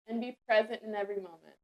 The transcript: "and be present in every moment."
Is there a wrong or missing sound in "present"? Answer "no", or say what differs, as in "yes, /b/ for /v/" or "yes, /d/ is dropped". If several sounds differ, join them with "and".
no